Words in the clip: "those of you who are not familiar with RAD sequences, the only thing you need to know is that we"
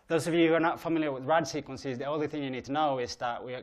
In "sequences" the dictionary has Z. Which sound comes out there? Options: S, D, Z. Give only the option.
Z